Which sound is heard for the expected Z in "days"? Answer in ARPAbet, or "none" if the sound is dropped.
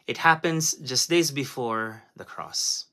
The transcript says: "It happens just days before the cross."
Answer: Z